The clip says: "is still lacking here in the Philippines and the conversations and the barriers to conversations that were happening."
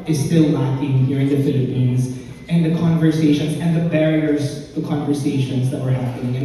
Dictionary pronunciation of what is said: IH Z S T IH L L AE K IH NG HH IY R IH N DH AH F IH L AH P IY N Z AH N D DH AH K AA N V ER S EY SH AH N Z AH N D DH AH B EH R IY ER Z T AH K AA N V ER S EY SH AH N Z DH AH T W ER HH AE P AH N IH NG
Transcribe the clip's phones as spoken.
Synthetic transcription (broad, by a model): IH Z S T IH L N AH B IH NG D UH R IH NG DH AH F IH L AH P IY N Z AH N DH AH K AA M V ER S EY SH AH N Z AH N DH AH B EH R IY ER Z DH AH K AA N V ER S EY SH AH N Z DH AH T W ER HH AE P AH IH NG